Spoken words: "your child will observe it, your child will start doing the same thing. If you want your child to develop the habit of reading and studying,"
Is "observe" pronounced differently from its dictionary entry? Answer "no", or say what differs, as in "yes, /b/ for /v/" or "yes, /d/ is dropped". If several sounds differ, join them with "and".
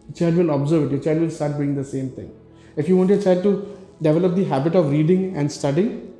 no